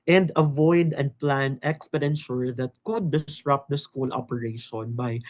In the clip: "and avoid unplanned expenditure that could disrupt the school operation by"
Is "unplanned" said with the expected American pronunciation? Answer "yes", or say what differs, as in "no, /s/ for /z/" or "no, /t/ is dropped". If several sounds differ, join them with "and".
no, /d/ is dropped